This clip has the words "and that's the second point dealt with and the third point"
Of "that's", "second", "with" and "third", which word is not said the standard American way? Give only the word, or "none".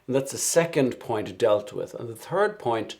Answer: none